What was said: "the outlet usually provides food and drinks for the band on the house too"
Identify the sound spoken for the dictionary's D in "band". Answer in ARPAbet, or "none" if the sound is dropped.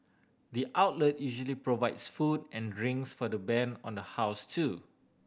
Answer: none